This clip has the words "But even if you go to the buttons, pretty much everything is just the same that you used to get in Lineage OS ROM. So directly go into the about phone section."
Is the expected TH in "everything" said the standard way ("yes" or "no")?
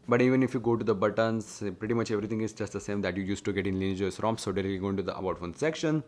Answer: no